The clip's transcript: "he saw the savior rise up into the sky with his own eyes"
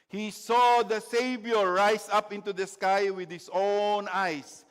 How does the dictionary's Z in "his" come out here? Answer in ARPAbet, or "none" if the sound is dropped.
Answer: S